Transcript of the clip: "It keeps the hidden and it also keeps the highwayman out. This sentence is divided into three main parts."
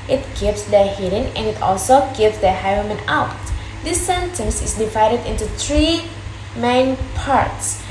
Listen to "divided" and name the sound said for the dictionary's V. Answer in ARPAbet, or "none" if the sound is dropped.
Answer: V